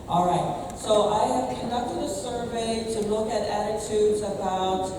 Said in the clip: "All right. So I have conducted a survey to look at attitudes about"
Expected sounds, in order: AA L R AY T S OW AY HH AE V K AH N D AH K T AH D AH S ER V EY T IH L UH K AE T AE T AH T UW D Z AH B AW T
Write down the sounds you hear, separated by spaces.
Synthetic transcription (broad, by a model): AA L R AY T S OW AY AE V K AH N D AH K T AH D AH S ER V EY T IH L UH K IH T AE T AH T UW D Z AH B AW T